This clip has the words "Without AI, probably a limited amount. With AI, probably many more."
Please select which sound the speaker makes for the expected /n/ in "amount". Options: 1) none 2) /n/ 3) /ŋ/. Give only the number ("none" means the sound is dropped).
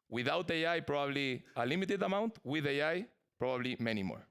2